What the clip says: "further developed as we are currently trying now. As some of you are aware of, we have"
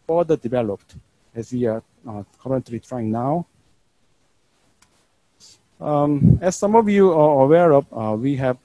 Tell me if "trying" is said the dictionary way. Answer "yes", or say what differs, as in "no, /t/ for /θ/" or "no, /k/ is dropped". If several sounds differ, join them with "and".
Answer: yes